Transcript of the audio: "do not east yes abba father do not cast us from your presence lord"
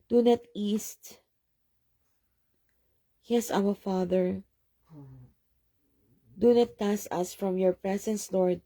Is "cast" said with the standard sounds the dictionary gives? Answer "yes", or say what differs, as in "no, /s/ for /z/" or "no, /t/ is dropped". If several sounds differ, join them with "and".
no, /t/ is dropped